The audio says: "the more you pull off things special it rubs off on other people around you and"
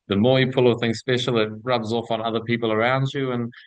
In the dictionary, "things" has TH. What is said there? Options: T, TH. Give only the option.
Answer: TH